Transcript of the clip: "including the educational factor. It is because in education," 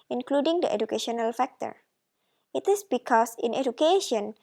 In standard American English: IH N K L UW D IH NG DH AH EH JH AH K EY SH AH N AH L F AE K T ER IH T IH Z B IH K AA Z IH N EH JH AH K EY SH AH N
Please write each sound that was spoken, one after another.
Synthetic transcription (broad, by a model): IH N K L UW D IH NG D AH EH JH AH K EY SH AH N AH L F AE K T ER IH T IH S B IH K AA S IH N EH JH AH K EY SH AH N